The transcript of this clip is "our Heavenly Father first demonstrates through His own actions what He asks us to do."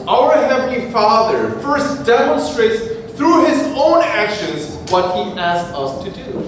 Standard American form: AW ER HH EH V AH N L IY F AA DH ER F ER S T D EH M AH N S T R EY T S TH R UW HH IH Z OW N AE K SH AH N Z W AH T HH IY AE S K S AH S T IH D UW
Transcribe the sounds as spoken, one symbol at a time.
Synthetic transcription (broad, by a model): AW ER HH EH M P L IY F AA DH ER F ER S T D EH M AH N S T R EY T S T R UW HH IH Z OW N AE K SH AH N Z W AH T HH IY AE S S AH S T IH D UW